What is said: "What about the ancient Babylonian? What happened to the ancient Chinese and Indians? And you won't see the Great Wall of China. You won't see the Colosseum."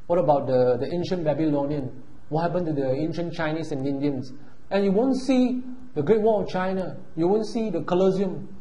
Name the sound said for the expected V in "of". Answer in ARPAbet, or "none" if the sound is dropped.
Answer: F